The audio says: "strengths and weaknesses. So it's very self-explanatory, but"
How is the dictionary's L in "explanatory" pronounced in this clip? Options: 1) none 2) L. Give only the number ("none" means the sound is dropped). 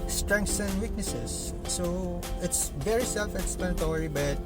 1